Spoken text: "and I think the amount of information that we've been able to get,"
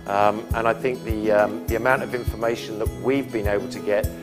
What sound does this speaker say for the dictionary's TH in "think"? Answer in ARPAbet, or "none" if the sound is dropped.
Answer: TH